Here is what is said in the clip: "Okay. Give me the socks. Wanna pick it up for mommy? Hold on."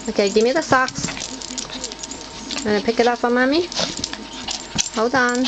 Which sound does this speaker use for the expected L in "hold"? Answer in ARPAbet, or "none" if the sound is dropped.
none